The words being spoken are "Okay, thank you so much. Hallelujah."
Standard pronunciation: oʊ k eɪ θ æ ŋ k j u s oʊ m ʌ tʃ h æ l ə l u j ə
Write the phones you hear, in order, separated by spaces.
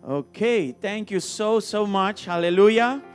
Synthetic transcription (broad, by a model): oʊ k eɪ t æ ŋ k j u s oʊ m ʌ tʃ h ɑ l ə l u j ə